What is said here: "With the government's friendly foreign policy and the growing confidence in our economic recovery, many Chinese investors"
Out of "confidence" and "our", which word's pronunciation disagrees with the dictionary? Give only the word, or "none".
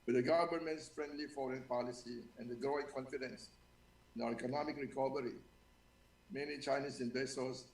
our